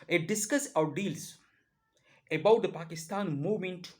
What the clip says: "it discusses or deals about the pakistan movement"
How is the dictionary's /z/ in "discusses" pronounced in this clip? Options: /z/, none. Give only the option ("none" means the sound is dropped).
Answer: none